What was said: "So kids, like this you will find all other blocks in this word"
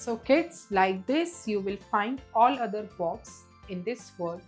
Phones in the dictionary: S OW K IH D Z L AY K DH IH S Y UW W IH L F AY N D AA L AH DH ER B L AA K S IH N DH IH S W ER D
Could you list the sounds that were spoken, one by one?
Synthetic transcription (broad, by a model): S OW K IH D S L AY K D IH S Y UW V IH L F AY N D AA L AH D ER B AA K S IH N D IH S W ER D